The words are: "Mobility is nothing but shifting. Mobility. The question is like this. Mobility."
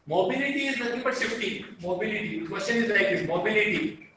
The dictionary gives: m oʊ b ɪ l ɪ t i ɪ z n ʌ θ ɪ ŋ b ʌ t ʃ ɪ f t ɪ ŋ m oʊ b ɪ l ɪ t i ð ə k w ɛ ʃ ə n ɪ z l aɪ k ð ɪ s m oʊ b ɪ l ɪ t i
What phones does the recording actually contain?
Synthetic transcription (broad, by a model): m oʊ b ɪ l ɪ t i ɪ z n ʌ t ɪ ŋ b ʌ t s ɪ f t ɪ m oʊ b ɪ l ɪ t i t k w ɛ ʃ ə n ɪ z l aɪ k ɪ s m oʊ b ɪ l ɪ t i